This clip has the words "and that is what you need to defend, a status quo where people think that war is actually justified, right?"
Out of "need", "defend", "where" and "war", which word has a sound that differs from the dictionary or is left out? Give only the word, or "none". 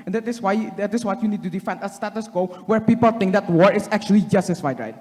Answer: none